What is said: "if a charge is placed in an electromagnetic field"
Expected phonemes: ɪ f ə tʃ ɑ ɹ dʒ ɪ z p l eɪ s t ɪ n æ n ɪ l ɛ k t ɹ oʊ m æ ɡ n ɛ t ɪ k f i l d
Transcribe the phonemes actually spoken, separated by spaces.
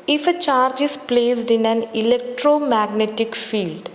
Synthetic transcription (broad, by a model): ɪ f ə tʃ ɑ ɹ dʒ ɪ s p l eɪ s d ɪ n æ n ɪ l ɛ k t ɹ oʊ m æ ɡ n ɛ t ɪ k f i l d